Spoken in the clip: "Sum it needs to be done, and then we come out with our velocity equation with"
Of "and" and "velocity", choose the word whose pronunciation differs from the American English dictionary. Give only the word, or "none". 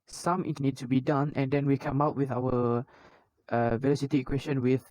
none